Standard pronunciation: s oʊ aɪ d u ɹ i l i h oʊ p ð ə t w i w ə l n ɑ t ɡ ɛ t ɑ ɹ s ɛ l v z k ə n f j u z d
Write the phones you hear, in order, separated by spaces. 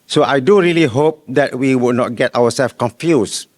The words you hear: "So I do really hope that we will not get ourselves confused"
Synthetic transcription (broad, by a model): s oʊ aɪ d u ɹ i l i h oʊ p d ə t w i w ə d n ɑ t ɡ ɛ t ɑ w s ɛ l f k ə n f j u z